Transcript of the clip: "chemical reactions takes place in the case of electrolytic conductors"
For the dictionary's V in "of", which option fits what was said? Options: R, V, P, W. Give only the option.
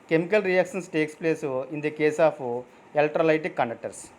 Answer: P